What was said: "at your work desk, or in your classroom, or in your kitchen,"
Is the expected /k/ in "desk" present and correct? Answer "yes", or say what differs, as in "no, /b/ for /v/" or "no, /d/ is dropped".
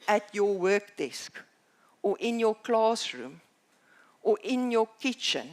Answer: yes